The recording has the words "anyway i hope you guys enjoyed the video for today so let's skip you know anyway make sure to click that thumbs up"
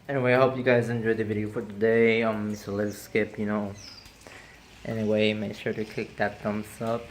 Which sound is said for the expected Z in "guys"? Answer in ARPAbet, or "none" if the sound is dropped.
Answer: Z